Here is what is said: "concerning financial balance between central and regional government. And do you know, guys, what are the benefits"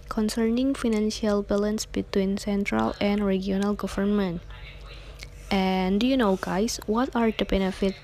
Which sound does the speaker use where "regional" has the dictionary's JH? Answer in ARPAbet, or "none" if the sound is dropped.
none